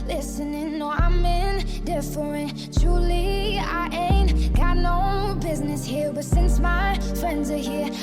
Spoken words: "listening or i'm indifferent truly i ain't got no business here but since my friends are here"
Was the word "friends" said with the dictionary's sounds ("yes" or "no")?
yes